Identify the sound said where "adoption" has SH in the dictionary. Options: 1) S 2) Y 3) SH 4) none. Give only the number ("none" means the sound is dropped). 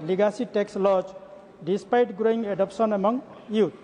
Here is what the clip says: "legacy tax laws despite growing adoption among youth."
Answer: 1